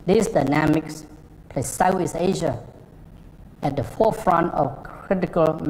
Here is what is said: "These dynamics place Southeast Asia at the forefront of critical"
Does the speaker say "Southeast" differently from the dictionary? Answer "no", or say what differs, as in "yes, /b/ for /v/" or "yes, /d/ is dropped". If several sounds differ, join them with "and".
yes, /t/ is dropped